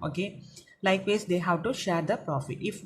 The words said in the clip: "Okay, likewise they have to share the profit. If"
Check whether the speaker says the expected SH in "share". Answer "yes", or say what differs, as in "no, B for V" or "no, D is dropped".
yes